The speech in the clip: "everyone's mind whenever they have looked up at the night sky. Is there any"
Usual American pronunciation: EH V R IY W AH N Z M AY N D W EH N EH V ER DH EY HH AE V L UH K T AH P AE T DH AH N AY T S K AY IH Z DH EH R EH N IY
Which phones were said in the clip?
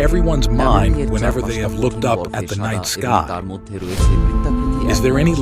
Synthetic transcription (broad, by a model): EH V R IY W AH N Z M AY N D W EH N EH V ER DH EY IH V L UH K T AH P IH T DH AH N AY T S K AY IH Z DH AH R EH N IY